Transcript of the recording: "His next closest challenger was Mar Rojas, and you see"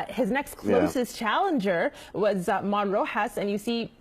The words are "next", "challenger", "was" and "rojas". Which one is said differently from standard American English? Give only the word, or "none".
none